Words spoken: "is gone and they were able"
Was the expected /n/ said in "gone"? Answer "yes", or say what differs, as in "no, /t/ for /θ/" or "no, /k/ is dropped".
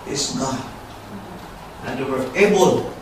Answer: no, /n/ is dropped